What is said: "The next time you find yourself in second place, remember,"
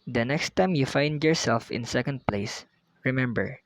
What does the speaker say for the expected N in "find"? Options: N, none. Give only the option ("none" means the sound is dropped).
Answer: N